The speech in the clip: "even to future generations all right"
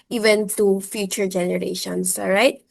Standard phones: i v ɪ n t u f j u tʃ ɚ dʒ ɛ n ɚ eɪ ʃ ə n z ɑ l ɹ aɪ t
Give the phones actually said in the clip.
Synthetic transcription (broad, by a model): i v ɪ n t u f j u tʃ ɚ dʒ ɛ n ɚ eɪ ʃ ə n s ɹ aɪ t